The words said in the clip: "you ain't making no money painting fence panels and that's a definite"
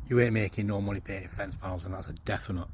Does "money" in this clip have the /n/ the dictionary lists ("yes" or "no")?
no